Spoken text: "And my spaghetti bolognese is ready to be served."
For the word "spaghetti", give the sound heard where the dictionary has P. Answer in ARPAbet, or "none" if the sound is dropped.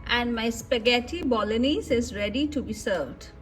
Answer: P